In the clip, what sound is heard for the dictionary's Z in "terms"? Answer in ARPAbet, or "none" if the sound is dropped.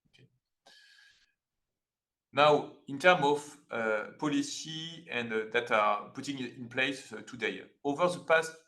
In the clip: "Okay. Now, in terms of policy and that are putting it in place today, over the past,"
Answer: none